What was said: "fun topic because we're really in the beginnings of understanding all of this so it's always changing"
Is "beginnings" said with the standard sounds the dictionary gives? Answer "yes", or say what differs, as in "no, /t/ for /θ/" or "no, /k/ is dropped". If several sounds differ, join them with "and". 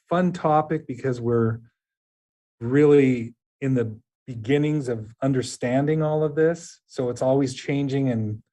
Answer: yes